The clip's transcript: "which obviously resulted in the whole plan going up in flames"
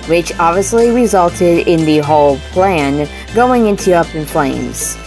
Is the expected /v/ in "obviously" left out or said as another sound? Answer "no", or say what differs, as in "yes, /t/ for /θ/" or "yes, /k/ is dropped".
no